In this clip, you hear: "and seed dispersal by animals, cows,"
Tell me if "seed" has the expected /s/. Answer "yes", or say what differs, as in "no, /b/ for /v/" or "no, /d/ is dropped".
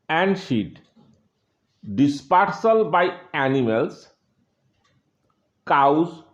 no, /ʃ/ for /s/